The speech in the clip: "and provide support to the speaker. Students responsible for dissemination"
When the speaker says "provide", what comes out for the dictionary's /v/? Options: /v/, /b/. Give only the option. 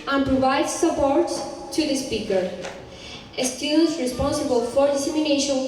/v/